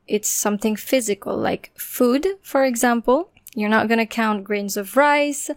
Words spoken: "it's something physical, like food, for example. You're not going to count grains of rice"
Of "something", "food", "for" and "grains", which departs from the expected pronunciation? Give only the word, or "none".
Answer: none